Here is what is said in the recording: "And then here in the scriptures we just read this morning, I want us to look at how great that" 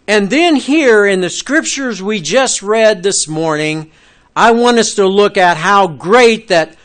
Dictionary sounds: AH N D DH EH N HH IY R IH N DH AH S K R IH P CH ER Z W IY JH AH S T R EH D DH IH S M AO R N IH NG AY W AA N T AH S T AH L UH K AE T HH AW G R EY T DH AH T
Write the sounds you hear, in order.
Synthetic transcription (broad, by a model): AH N DH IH N HH IY R IH N DH AH S K R IH P CH ER Z W IY JH AH S T R EH D DH IH S M AO R N IH NG AY W AA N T AH S T AH L UH K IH T HH AW G R EY T DH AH T